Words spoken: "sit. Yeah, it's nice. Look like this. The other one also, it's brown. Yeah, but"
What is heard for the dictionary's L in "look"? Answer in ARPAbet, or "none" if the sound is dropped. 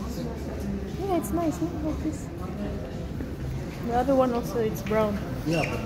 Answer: N